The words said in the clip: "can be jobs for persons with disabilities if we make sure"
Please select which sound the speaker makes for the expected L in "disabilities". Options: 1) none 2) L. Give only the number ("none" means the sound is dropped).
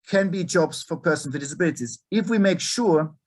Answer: 2